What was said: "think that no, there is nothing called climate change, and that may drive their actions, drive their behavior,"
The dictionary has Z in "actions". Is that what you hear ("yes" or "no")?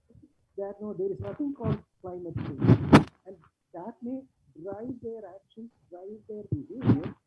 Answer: no